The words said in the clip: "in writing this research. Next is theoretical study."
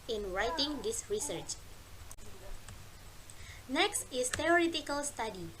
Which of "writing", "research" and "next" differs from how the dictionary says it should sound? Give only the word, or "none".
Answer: none